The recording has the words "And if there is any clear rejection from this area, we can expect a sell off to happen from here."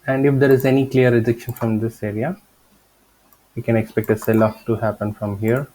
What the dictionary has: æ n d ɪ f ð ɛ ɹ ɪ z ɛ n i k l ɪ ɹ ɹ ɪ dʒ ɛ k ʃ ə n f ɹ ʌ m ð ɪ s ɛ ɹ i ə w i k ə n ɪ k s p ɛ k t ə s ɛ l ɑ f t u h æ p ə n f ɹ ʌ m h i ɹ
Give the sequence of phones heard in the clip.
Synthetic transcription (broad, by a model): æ n d ɪ f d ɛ ɹ ɪ z ɛ n i k l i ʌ ɹ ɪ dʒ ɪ k ʃ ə n f ɹ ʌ m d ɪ s ɛ ɹ i ə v i k ə n ɪ k s p ɛ k t ə s ɛ l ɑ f t u h æ p ə n f ɹ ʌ m h i ɹ